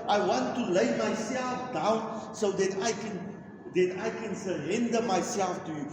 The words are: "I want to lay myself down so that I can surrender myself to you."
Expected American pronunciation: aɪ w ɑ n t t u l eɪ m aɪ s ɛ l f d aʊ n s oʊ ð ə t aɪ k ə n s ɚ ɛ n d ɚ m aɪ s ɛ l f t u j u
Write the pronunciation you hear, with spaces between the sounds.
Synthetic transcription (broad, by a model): aɪ w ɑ n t t u l eɪ m aɪ s ɛ l f d aʊ n s oʊ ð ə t aɪ k ə n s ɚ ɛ n d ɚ m aɪ s ɛ l f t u j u